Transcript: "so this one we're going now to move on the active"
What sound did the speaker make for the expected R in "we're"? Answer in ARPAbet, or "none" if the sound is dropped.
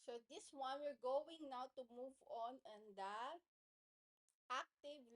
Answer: R